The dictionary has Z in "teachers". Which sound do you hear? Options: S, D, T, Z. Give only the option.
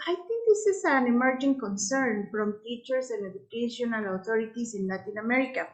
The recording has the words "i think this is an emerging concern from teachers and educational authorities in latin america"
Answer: S